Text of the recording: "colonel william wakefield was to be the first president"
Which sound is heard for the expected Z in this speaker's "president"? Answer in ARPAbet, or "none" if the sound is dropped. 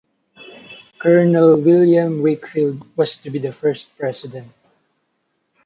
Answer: S